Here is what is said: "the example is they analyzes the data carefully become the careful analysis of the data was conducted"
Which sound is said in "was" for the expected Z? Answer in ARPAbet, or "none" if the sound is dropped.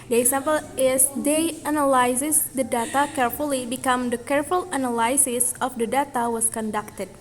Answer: S